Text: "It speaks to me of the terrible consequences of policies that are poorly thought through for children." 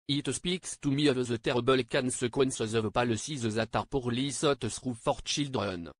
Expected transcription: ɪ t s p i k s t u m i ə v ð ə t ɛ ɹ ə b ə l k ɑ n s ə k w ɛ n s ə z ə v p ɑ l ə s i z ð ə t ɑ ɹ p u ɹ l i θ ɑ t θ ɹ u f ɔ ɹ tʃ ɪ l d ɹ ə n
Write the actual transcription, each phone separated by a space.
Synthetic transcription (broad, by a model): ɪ t s p i k s t u m i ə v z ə t ɛ ɹ ə b ə l k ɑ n s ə k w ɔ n s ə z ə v p ɑ l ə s i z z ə t ɑ ɹ p u ɹ l i s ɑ t s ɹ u f ɔ ɹ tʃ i l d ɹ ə n